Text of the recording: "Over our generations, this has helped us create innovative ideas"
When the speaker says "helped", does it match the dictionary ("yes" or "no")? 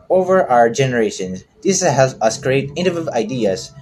no